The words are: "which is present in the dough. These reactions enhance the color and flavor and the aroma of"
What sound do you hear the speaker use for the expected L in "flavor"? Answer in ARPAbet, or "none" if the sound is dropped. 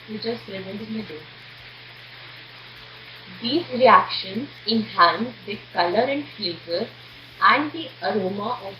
none